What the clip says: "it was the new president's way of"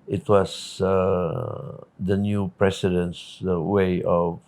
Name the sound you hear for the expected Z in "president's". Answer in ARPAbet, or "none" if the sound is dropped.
S